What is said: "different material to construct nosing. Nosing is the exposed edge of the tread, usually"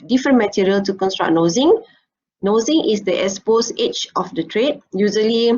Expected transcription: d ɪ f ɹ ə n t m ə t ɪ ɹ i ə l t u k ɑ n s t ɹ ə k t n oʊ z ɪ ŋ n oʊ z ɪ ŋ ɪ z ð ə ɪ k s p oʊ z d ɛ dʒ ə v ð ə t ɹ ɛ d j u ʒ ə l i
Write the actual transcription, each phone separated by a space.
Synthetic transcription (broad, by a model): d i f ɹ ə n m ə t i ɹ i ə l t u k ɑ n s t ɹ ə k n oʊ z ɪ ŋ n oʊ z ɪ ŋ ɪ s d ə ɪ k s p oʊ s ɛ tʃ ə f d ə t ɹ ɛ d j u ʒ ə l i